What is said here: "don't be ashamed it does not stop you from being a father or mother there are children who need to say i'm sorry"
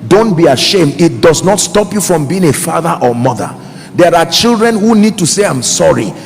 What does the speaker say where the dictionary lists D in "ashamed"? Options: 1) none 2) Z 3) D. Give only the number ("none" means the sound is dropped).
3